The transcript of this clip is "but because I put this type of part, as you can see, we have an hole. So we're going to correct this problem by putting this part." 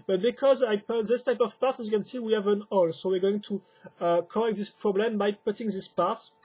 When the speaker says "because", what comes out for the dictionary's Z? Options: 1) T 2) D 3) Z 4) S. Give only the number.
3